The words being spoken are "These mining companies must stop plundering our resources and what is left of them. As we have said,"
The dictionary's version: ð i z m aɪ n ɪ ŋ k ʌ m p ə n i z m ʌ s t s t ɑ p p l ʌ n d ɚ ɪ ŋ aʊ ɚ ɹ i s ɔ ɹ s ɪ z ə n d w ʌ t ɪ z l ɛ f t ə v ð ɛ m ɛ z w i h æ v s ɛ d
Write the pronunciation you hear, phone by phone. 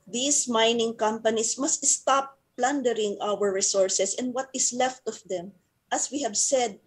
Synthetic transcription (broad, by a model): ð i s m aɪ n ɪ ŋ k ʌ m p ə n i s m ʌ s t s t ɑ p p l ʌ n d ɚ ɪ ŋ aʊ ɚ ɹ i s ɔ ɹ s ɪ s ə n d w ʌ t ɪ s l ɛ f t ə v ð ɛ m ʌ s w i h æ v s ɛ d